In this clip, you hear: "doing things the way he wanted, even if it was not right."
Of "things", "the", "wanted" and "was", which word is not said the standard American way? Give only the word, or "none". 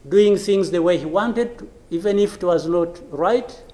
none